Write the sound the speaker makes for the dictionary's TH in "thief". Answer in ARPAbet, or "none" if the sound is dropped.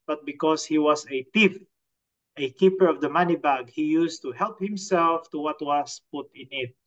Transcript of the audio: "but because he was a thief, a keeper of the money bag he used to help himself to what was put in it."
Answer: T